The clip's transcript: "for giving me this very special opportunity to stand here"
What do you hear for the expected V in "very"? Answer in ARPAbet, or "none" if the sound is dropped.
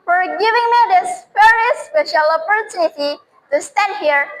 F